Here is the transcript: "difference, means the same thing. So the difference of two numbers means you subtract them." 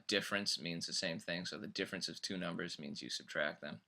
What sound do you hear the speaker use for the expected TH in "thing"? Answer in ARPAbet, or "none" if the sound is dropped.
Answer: TH